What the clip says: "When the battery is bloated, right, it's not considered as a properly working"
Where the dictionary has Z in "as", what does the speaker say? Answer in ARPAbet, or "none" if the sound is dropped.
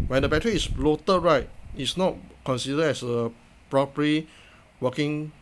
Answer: S